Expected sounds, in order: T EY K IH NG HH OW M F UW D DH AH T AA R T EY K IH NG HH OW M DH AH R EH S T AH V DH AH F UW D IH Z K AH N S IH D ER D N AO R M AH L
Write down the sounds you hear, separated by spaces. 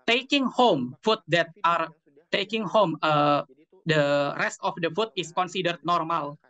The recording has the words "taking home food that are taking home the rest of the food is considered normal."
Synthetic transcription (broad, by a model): T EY K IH NG HH OW M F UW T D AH T AA R T EY K IH NG HH OW M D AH R EH S T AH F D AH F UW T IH S K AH N S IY D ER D N AO R M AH L